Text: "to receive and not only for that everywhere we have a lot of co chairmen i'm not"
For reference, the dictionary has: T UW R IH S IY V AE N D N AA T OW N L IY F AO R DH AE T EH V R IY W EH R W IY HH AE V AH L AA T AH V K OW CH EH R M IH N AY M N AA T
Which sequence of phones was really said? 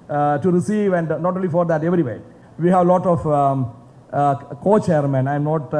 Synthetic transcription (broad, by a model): T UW R IH S IY V AE N D N AA T OW N L IY F AO R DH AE T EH V R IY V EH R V IY HH AE V L AA T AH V K OW CH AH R M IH N AY M N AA T